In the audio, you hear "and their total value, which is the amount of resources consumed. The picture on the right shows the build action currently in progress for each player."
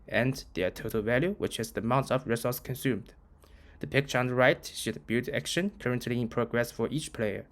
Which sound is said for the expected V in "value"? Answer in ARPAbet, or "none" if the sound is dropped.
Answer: V